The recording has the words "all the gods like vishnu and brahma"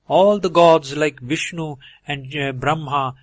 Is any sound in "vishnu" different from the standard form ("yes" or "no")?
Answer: no